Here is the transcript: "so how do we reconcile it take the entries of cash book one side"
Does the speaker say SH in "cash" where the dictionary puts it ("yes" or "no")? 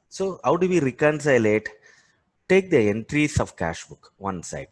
yes